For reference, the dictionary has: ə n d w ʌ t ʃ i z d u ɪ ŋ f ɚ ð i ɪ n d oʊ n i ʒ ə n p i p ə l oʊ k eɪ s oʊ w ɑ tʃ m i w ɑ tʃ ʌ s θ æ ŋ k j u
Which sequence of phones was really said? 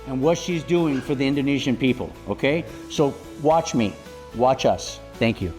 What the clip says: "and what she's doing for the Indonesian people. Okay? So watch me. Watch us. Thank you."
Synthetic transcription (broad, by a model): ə n w ʌ t ʃ i z d u ɪ ŋ f ɚ ð i ɪ n d oʊ n i ʒ ə n p i p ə l oʊ k eɪ s oʊ w ɑ tʃ m i w ɑ tʃ ʌ s θ æ ŋ k j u